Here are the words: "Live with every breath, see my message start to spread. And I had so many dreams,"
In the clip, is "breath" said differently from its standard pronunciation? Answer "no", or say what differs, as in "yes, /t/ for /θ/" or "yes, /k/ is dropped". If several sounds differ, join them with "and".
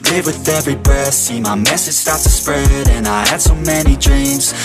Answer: yes, /ɹ/ is dropped